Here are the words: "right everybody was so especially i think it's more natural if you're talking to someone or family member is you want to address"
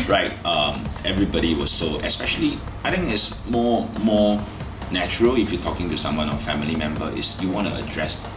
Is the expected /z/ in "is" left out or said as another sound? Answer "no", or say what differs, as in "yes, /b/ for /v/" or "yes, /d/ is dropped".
yes, /s/ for /z/